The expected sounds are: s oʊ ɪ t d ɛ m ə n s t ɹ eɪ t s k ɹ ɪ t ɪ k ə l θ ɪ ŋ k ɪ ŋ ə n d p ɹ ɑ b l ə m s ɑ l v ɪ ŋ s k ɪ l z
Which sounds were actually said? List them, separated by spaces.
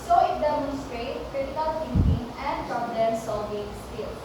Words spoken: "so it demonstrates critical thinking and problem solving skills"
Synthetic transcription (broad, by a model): s oʊ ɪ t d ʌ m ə s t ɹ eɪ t k ɹ ɪ t ɪ k ə l t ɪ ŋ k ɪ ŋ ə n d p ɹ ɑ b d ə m s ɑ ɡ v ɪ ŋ s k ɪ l